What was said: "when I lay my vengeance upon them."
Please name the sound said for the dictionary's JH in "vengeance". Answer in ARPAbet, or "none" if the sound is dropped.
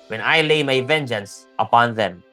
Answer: JH